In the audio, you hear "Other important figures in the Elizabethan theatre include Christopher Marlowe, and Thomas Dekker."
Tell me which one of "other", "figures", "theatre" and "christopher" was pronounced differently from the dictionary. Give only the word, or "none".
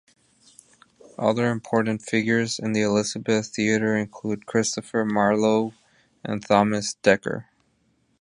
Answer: none